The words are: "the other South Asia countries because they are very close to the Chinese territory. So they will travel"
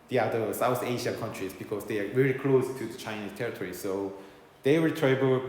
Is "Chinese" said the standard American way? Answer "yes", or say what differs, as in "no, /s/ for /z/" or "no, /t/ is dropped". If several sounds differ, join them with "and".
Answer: no, /s/ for /z/